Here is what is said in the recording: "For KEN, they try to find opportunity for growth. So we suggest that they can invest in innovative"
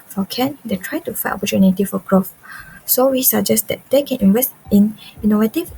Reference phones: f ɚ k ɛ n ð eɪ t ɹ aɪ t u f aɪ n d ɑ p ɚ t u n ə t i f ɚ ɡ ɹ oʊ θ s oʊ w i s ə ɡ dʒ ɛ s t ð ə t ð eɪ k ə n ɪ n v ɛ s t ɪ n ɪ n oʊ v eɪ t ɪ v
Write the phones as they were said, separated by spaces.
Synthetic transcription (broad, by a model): f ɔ k ɛ n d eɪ t ɹ aɪ t u f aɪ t ɑ p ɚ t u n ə t i f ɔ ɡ ɹ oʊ f s oʊ w i s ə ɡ dʒ ɛ s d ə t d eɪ k ə n ɪ n v ɛ s t ɪ n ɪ n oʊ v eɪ t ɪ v